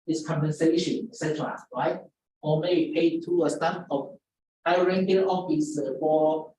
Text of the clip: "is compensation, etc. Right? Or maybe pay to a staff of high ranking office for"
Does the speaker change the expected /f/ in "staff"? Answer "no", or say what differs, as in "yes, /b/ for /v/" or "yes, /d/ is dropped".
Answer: yes, /p/ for /f/